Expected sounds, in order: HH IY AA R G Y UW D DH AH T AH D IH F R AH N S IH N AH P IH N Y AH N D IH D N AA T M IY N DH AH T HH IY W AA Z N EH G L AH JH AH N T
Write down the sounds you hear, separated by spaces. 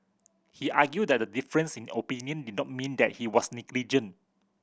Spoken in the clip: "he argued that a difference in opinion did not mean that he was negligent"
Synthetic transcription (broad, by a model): HH IY AA G Y UW D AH T AH D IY F R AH N S IH N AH P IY N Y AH N D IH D N AA T M IY N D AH T HH IY W AA S N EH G L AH JH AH N